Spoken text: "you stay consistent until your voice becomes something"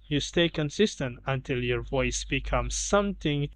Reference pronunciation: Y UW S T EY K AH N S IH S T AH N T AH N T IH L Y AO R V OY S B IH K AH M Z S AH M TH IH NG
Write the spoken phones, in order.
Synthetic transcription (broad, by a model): Y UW S T EY K AH N S IH S T AH N T AH N T IH L Y AO R V OY S B IH K AH M Z S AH M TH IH NG